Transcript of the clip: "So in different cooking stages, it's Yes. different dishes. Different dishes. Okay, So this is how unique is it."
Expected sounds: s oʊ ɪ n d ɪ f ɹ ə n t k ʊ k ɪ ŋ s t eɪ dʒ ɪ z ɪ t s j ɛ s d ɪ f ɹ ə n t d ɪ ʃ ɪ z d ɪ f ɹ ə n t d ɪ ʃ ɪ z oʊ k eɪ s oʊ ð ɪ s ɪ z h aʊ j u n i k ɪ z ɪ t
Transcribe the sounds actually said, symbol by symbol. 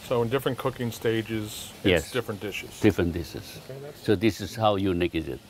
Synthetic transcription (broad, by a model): s oʊ ɪ n d ɪ f ɹ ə n k ʊ k ɪ ŋ s t eɪ dʒ ɪ z j ɛ s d ɪ f ɹ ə n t d ɪ ʃ ɪ z d ɪ f ɹ ə n t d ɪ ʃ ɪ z oʊ ʊ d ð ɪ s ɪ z h aʊ j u n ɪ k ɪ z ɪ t